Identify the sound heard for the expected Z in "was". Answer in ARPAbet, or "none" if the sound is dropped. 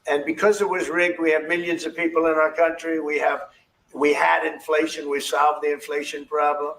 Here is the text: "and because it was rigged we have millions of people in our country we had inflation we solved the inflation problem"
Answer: Z